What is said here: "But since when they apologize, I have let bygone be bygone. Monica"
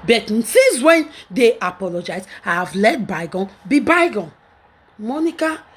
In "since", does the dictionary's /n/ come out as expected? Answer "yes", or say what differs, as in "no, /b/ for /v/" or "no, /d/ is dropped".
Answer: no, /n/ is dropped